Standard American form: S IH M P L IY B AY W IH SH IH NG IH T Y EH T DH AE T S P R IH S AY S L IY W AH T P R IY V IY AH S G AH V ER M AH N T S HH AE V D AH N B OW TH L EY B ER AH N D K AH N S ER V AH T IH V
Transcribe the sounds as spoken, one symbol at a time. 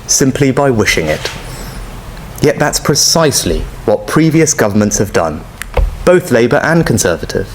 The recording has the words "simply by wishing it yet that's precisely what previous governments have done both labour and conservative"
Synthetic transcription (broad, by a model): S IH M P L IY B AY W IH SH IH NG IH T Y EH T DH AE T S P R IH S AY S L IY W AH T P R IY V IY AH S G AH V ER M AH N T S HH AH V D AH N B OW TH L EY B ER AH N K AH N S ER V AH T IH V